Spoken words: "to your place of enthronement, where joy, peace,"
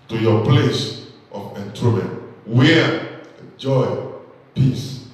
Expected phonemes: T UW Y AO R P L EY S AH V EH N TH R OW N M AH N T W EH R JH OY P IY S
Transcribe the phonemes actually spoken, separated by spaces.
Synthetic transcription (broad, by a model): T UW Y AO P L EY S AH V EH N T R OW M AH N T W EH JH OY P IY S